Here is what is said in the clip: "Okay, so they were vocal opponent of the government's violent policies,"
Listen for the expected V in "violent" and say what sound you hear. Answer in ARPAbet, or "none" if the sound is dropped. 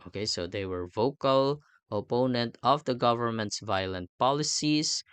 V